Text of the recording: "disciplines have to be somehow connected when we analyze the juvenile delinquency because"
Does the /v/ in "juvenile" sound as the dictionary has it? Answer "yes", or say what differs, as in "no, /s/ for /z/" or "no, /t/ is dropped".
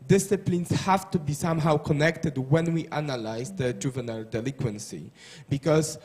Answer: yes